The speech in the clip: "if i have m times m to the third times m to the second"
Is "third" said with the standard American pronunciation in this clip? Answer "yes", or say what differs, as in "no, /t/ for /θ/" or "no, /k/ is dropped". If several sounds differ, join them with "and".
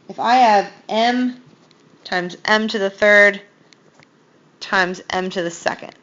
yes